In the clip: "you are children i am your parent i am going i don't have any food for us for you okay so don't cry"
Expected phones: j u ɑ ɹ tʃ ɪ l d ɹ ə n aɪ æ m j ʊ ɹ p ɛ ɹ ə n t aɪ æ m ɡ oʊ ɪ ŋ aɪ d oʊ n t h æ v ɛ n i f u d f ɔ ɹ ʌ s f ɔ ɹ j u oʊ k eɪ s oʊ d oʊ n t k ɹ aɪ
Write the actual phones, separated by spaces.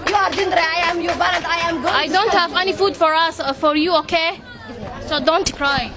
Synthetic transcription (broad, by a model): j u ɑ ɹ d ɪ n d ɹ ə aɪ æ m j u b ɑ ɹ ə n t aɪ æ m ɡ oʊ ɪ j d oʊ n t h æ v ɛ n i f u d f ɔ ɹ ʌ s f ɔ ɹ j u oʊ k eɪ s oʊ d oʊ n t k ɹ aɪ